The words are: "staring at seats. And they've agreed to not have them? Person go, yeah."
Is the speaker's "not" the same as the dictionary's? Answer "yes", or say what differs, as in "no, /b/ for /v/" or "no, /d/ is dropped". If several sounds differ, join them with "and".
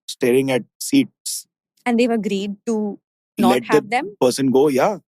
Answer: no, /l/ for /n/